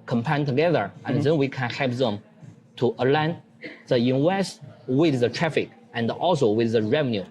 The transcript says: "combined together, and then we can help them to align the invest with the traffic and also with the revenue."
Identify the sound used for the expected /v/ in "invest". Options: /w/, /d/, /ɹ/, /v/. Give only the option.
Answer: /w/